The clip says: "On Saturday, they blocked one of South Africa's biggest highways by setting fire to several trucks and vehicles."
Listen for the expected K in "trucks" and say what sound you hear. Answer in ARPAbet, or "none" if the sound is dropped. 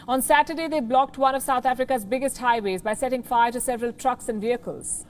K